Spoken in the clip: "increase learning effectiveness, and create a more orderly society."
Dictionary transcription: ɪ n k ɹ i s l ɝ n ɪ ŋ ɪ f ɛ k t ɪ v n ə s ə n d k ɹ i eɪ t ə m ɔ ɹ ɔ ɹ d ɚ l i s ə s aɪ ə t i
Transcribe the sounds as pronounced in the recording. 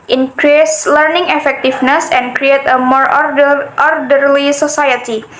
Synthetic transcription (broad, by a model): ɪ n k ɹ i s l ɝ n ɪ ŋ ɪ f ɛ k t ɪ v n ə s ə n k ɹ i eɪ t ə m ɔ ɹ ɔ ɹ d ɚ l i s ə s aɪ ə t i